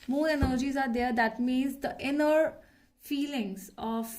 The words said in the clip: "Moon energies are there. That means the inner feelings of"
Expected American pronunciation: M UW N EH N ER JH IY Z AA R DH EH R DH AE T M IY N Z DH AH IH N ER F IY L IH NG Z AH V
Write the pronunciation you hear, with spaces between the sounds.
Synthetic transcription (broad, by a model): M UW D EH N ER JH IY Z AA R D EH R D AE T M IY N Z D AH IH N ER F IY L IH NG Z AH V